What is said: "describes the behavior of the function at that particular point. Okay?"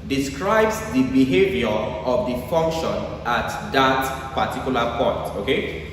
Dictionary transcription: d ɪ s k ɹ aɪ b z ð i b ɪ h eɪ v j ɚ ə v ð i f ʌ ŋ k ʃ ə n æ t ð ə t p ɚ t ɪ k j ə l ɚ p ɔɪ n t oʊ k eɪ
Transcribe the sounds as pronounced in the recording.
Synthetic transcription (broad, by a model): d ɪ s k ɹ aɪ b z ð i b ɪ h eɪ v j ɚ ə v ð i f ʌ ŋ k ʃ ə n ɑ t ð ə t p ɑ t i k j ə l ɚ p ɔɪ n t oʊ k eɪ